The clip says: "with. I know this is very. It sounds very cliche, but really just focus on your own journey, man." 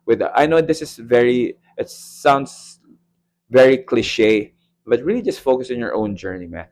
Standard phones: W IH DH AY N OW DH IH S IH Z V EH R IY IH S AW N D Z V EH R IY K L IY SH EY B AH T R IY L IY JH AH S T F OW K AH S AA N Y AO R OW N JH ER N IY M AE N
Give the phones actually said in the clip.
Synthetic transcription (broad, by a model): W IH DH AY N OW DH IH S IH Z V EH R IY IH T AW N D S V EH R IY K L IY SH EY B AH T R IY L IY JH AH S T F OW K AH S AA N Y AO R OW N JH ER N IY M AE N